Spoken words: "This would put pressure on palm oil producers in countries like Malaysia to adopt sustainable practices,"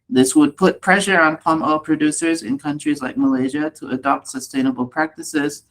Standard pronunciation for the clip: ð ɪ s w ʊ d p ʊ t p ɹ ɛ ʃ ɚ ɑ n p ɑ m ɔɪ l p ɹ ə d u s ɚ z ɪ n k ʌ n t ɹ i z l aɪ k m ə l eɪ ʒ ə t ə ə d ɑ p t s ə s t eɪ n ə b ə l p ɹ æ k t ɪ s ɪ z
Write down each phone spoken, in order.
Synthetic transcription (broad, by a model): ð ɪ s w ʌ d p ʊ t p ɹ ɛ ʃ ɚ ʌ n p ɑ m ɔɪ l p ɹ ə d u s ɚ z ɪ n k ʌ n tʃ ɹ i z l aɪ k m ə l eɪ ʒ ə t ə ə d ɑ p t s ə s t eɪ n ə b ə l p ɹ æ k t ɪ s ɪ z